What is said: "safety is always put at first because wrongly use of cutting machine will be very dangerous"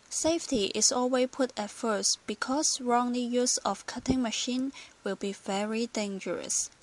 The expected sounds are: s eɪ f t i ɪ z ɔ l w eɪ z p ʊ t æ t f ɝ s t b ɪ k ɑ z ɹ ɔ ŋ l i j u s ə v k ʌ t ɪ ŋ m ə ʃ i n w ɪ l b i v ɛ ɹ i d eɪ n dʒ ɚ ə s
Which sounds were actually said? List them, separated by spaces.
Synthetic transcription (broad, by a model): s eɪ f t i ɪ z ɔ l w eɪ p ʊ t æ t f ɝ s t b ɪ k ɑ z ɹ ɔ ŋ l i j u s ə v k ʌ t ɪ ŋ m ə ʃ i n w ɪ l b i v ɛ ɹ i d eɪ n dʒ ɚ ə s